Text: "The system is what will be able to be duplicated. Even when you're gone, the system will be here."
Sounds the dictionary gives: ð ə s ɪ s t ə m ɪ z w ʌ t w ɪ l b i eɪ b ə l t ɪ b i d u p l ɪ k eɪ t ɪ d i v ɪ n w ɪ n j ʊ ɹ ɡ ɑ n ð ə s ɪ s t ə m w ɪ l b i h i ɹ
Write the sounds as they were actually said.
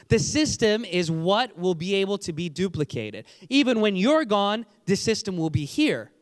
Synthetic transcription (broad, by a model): ð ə s ɪ s t ə m ɪ z w ʌ t w ɪ l b i eɪ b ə l t ɪ b i d u p l ɪ k eɪ t ɪ d i v ɪ n w ɪ n j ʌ ɹ ɡ ɑ n ð ə s ɪ s t ə m w ɪ l b i h i ɹ